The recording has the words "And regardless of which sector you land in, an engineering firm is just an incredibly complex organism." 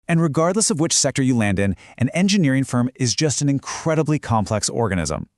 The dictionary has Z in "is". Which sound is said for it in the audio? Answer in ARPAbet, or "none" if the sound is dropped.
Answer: Z